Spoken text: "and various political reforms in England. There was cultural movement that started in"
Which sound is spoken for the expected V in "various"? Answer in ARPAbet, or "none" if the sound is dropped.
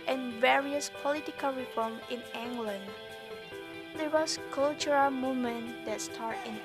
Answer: V